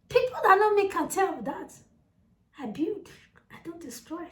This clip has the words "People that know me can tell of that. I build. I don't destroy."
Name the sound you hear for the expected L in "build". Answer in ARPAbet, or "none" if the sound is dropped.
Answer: none